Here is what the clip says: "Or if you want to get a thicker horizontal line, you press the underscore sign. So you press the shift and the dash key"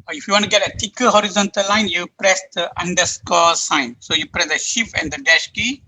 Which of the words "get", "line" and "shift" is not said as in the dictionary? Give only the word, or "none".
shift